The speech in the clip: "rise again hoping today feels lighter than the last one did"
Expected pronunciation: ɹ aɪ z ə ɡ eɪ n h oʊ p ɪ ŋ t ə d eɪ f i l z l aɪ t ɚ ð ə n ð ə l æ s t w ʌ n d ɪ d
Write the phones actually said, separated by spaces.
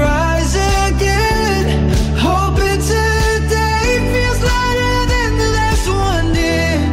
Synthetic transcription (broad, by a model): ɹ aɪ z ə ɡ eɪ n h oʊ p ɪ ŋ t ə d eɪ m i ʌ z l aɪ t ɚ ð ə n ð ə n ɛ s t w ʌ n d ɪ